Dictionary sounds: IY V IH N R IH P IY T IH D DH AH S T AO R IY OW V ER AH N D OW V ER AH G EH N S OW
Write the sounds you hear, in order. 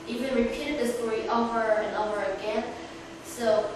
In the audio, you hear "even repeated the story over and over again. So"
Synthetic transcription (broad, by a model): IY V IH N R IH P IY T IH D DH AH S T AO R IY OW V ER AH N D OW ER AH G EH N S OW